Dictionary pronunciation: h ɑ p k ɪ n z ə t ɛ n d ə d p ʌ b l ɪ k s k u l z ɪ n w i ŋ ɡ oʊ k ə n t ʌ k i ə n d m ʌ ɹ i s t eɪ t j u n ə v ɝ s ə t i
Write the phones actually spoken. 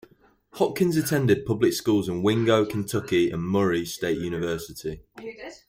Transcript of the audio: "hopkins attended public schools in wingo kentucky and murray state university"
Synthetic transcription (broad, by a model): h ɑ k ɪ n z ə t ɛ n d ə d p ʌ b l ɪ k s k u l z ɪ n w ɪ ŋ ɡ oʊ k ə n t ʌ k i ə n m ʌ ɹ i s t eɪ t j u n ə v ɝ s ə t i